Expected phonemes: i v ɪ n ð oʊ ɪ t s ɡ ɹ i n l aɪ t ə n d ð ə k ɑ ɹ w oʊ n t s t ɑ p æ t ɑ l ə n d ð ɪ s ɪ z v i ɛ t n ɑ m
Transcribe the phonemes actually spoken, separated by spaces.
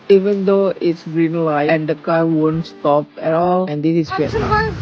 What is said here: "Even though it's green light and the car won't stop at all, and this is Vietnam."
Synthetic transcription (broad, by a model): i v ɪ n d oʊ ɪ t s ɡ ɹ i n l aɪ ə n d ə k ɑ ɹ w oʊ n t s t ɑ p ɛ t ɑ l ə n d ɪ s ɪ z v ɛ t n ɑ